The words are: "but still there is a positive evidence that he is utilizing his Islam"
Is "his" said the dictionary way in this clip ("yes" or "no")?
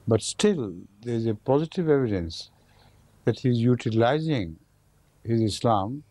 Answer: yes